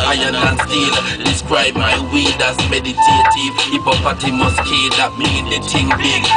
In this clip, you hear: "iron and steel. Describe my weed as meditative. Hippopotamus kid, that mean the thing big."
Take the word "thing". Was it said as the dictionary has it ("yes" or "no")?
no